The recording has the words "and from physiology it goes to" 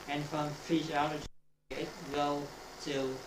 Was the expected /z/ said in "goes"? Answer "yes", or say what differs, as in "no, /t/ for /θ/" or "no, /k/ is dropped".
no, /z/ is dropped